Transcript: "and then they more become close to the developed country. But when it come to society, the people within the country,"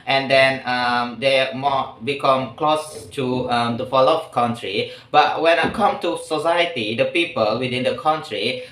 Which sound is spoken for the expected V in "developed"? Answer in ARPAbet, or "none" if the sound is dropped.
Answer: F